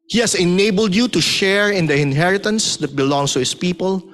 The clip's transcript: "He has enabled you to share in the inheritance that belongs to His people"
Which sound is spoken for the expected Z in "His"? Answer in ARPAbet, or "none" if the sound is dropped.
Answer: S